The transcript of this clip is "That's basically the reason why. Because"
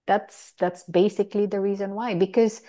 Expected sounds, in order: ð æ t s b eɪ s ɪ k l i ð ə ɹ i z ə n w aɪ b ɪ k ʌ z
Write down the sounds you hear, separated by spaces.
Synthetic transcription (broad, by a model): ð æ t s b eɪ s ɪ k l i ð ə ɹ i z ə n w aɪ b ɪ k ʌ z